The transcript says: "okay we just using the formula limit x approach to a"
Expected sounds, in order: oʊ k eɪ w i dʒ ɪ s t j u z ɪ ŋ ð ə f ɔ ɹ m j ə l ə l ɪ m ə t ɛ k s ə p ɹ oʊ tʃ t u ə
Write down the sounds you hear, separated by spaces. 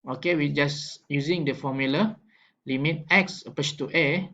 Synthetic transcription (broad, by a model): oʊ k eɪ w i dʒ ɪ s j u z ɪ ŋ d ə f ɔ m j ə l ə l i m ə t ɛ k s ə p oʊ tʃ t u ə